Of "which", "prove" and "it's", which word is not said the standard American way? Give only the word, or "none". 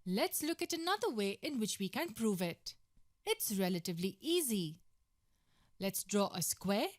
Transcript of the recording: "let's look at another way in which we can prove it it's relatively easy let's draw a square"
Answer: none